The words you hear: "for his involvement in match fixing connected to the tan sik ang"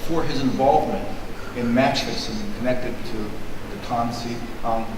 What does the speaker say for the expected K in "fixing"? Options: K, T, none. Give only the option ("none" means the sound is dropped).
none